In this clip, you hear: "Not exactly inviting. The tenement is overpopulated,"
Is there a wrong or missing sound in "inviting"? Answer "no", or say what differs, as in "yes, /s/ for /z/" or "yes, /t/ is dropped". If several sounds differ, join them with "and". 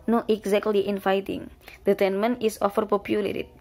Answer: yes, /f/ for /v/